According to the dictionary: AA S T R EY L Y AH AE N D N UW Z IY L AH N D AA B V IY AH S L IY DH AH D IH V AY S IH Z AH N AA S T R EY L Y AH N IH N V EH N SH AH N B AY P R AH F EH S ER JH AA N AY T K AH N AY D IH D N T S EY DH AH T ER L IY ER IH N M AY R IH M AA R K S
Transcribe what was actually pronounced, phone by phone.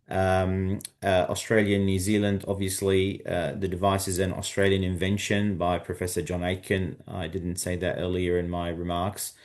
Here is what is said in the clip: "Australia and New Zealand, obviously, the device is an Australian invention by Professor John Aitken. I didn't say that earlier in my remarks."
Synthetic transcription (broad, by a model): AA S T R EY L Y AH N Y UW Z IY L AH N D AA B V IY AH S L IY DH AH D IH V AY S IH Z AH N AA S T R EY L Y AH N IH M V EH N SH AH N B AY P R AH F EH S ER JH AA N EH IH K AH N AY D IH D N T S EY DH AH T ER L IY ER IH N M AY R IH M AA R K S